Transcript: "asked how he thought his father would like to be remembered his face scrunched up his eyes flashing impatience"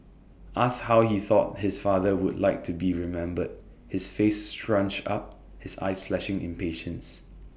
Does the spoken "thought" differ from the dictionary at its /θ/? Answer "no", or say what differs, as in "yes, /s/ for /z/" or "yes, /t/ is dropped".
no